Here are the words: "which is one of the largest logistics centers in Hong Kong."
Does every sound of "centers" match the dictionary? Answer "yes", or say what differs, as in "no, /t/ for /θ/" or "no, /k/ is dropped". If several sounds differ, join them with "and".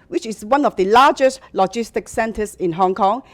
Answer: no, /s/ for /z/